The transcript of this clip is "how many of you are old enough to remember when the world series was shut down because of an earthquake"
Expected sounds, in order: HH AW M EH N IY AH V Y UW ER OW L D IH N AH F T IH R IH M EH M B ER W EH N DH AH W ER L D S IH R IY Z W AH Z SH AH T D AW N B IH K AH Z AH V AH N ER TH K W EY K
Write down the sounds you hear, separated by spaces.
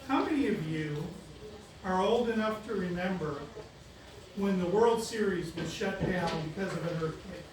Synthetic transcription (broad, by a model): HH AW M EH N IY AH V Y UW ER OW L D IH N AH F T IH R IH M EH M B ER W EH N DH AH W ER L D S IH R IY Z W AH Z SH AH T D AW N B IH K AH Z AH V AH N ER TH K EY